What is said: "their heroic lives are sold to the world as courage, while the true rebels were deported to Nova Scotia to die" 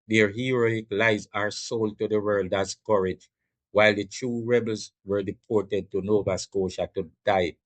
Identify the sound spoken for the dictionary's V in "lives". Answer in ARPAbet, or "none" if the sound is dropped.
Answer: none